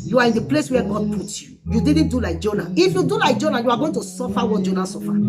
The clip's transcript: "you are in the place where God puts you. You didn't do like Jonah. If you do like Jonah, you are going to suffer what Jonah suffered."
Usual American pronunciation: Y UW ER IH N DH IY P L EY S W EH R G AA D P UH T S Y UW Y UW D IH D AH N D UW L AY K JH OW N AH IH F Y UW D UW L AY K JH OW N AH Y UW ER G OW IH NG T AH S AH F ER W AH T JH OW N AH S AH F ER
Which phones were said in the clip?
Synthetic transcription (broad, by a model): Y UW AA IH N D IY P L EY S W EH G AA D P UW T Y UW Y UW D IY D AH N D UW L AY K JH OW N AH IH F Y UW D UW L AY K JH OW N AH Y UW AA G OW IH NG T AH S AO F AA W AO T JH OW N AH S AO F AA